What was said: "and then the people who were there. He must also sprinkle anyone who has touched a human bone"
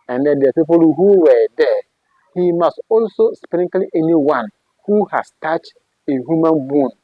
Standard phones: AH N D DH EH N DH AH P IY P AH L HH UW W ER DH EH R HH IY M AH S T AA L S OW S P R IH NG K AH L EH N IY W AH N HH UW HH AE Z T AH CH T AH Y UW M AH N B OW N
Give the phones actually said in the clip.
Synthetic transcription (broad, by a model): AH N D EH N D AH P IY P AH L HH UW W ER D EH HH IY M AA S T AA L S OW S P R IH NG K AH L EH N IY W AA N HH UW HH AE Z T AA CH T AH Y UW M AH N B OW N